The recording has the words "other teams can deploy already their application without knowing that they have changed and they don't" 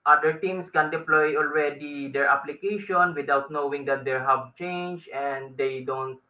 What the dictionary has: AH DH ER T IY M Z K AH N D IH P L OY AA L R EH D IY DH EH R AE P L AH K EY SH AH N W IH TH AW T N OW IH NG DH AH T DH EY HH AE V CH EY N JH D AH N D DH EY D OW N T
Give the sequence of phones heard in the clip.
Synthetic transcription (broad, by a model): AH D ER T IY M S K AH N D IH P L OY AA L R EH D IY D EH R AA P L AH K EY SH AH N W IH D AW T N OW IH NG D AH T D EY HH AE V CH EY N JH AH N D EY D OW N T